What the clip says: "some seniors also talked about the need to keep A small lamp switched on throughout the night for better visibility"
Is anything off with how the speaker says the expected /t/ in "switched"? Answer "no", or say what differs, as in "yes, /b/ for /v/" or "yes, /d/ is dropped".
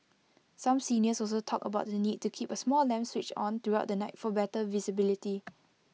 yes, /t/ is dropped